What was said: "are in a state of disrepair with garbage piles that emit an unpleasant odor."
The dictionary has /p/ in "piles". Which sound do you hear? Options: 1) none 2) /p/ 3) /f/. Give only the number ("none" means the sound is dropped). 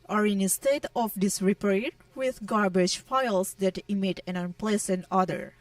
3